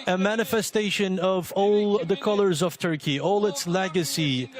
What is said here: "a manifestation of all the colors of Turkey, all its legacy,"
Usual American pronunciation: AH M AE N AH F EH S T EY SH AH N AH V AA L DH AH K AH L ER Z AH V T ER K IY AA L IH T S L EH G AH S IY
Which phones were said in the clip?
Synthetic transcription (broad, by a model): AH M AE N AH F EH S T EY SH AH N AH V AA L DH AH K AH L ER Z AH V T ER K IY AA L IH T S L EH G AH S IY